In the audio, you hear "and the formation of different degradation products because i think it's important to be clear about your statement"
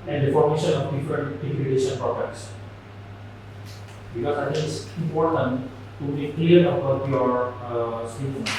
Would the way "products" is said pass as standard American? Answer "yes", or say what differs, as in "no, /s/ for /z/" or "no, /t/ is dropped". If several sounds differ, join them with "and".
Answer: no, /ɹ/ is dropped